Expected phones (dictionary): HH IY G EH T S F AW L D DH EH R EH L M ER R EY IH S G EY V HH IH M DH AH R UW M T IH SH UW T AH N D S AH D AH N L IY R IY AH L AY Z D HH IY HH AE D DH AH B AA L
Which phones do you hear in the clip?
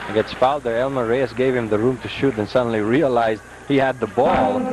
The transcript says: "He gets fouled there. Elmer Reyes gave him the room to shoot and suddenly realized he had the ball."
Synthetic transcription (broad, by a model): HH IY G EH T S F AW L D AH R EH L M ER R EY IH S G EY V HH IH M DH AH R UW M T IH SH UW T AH N S AH D N L IY R IY AH L AY Z D HH IY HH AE D DH AH B AA L